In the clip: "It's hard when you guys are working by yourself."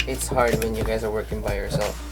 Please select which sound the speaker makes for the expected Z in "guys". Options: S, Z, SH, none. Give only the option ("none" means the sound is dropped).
Z